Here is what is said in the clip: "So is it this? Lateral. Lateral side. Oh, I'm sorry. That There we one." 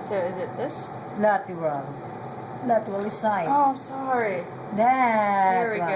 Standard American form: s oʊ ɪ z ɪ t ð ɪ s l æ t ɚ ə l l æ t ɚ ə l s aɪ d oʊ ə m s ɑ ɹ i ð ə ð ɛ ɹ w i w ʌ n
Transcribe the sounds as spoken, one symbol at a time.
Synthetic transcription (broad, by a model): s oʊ ɪ z ɪ t ð ɪ s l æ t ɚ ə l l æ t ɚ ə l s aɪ oʊ ə m s ɑ ɹ i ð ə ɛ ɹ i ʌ